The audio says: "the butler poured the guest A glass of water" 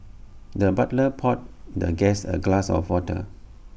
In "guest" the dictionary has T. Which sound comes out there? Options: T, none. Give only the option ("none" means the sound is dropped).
none